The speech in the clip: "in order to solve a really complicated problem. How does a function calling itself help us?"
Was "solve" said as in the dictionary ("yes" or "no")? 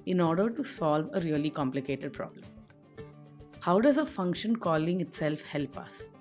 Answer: yes